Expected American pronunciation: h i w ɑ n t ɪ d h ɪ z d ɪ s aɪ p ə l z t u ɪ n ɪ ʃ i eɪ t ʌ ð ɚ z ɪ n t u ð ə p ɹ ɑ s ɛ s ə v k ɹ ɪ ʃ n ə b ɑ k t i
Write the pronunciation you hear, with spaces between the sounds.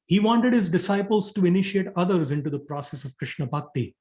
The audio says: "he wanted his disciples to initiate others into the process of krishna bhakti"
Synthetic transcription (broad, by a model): h i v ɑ n t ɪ d h ɪ z d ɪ s aɪ p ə l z t u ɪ n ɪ ʃ i eɪ t ʌ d ɚ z ɪ n t u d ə p ɹ ɑ s ɛ s ə v k ɹ ɪ ʃ n ə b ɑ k t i